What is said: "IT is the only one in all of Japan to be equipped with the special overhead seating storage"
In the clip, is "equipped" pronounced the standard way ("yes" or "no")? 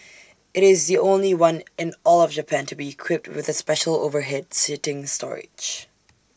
yes